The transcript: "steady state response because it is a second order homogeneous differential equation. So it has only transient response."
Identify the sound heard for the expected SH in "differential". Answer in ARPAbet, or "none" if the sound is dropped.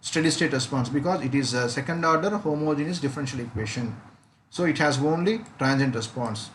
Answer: SH